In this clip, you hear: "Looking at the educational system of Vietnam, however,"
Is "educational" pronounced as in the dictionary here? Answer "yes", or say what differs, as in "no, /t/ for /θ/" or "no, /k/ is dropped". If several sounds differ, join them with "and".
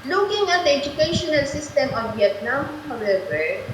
yes